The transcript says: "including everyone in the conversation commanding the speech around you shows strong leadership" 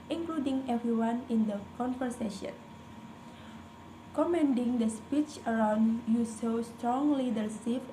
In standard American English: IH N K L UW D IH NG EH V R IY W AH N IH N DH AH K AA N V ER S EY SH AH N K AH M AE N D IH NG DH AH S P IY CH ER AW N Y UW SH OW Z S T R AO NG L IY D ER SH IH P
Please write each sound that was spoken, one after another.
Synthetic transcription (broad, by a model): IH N K L UW D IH NG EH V R IY W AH N IH N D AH K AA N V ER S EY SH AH N K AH M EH N D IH NG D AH S P IY CH ER AW N Y UW S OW S T R AO NG L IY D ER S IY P